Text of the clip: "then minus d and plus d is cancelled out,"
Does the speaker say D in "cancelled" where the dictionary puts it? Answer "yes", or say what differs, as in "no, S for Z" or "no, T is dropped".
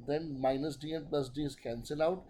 no, D is dropped